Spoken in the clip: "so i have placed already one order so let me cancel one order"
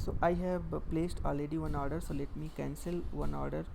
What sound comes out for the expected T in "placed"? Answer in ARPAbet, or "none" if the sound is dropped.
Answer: T